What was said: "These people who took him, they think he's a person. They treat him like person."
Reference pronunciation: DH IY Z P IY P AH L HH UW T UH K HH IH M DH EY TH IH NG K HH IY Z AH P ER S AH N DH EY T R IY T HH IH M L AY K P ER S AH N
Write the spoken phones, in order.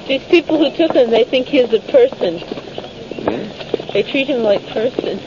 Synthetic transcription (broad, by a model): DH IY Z P IY P L HH UW T UH K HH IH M DH EY TH IH NG K HH IY Z AH P ER S AH N DH EY T R IY T HH IH M L AY K P ER S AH N